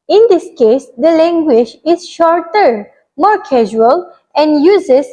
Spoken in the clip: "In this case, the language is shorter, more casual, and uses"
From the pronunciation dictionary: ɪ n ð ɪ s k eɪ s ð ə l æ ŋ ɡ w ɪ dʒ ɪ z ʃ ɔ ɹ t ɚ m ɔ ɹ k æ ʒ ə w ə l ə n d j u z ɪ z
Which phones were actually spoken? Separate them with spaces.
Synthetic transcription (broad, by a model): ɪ n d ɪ s k eɪ s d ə l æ ŋ ɡ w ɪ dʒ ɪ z ʃ ɔ ɹ t ɚ m ɔ ɹ k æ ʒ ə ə l ə n d j u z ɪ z